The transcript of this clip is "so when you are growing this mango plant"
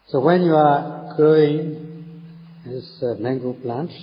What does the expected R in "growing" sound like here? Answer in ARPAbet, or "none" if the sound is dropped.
none